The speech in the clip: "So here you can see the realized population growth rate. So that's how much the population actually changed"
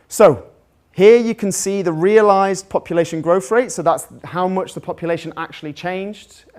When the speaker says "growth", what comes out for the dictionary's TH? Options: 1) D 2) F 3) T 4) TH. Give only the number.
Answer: 2